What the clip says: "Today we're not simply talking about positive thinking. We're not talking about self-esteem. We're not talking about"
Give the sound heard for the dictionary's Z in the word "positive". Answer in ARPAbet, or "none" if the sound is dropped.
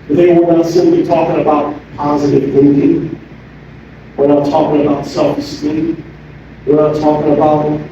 Z